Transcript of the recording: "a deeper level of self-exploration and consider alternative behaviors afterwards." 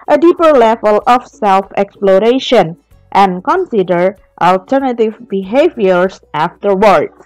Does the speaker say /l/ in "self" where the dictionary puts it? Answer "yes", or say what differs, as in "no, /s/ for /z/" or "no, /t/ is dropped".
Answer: yes